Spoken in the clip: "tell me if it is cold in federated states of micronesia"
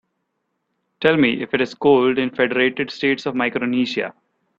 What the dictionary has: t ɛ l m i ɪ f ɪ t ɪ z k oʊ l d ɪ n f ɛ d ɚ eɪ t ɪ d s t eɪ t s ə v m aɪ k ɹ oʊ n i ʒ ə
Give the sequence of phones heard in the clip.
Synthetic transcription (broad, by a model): t ɛ l m i ɪ f ɪ t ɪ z k oʊ l d ɪ n f ɛ d ɚ eɪ t ɪ d s t eɪ t s ə v m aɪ k ɹ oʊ n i ʃ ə